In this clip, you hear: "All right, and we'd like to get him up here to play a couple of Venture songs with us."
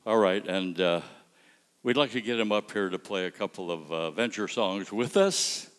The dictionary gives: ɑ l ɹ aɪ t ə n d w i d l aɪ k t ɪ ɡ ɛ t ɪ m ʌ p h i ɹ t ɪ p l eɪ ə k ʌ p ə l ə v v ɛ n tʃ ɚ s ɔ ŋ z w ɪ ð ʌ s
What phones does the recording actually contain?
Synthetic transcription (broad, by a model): ɑ l ɹ aɪ t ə n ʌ w i d l aɪ k t ɪ ɡ ɛ t ɪ m ʌ p h i ɹ t ɪ p l eɪ ə k ʌ p l ə v v ɛ n tʃ ɚ s ɔ ŋ z w ɪ ð ʌ s